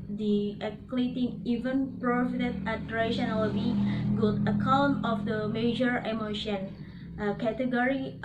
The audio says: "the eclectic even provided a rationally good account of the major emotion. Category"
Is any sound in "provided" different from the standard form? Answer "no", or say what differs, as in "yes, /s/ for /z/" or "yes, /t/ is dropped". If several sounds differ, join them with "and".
yes, /f/ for /v/